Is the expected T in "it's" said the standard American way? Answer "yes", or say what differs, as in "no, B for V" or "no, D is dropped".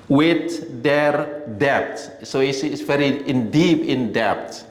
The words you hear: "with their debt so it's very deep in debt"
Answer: no, S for T